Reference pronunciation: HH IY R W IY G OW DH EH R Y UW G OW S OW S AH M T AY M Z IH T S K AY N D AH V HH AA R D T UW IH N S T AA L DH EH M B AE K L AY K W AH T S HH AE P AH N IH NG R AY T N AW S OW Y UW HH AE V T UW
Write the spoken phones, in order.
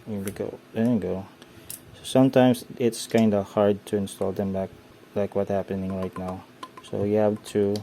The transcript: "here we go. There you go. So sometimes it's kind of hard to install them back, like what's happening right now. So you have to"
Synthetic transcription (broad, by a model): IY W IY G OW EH G OW S OW S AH M T AY M S IH T S K AY N D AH HH AA R D T UW IH N S T AA L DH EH M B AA K L AY K W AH T HH AE P AH N IH NG R AY T N AW S OW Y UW HH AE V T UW